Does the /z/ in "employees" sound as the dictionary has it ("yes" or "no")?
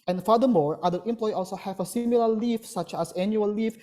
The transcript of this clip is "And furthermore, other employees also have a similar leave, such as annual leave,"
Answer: no